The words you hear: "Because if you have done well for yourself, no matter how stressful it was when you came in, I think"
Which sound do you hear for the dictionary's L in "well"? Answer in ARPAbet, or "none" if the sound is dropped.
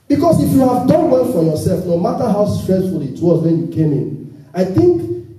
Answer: N